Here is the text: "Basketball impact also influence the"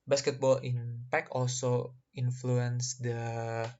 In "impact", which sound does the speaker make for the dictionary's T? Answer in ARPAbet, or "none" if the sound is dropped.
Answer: none